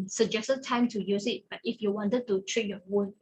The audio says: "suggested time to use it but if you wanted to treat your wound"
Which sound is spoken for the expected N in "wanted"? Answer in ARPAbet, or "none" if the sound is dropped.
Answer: N